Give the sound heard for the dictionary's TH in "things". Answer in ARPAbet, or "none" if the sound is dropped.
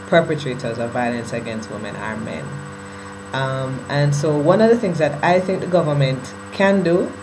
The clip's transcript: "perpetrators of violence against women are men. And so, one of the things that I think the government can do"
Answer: TH